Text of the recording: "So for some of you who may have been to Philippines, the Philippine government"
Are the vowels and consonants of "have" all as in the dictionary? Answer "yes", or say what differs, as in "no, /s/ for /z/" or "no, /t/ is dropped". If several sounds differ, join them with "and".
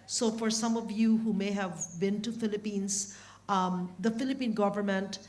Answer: yes